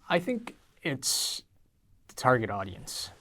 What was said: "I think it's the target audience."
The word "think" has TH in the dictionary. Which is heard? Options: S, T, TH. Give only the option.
TH